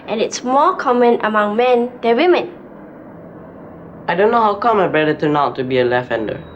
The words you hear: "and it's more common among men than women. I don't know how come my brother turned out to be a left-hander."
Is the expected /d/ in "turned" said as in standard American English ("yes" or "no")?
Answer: no